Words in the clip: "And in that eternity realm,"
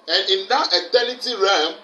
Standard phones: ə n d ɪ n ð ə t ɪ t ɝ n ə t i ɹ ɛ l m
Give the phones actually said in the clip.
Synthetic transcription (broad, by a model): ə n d ɪ n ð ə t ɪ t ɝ l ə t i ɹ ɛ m